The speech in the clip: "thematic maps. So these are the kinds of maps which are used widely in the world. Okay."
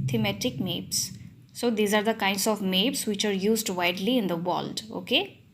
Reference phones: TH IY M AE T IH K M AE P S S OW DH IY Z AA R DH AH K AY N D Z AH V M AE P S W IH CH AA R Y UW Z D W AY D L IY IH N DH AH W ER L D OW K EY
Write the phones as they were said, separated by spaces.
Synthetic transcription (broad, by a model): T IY M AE T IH K M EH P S S OW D IY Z AA R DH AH K AY N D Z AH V M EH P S W IH CH AA R Y UW Z D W AY D L IY IH N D AH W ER L D OW K EY